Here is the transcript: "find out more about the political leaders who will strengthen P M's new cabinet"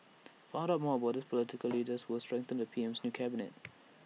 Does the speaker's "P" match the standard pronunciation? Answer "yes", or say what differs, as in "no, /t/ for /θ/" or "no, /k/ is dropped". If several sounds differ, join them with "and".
yes